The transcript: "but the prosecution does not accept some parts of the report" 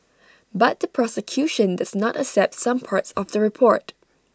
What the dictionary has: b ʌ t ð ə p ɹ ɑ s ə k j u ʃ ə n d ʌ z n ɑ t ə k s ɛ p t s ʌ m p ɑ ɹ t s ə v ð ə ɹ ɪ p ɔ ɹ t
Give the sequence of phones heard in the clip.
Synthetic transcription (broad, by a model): b ʌ t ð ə p ɹ ɑ s ə k j u ʃ ə n d ʌ z n ɑ t ə k s ɛ p t s ʌ m p ɑ ɹ t s ə v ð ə ɹ ɪ p ɔ ɹ t